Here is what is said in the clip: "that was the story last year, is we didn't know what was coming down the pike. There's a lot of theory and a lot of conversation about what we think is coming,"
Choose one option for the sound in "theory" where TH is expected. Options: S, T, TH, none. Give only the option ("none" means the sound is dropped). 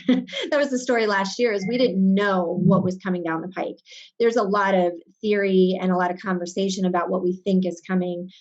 TH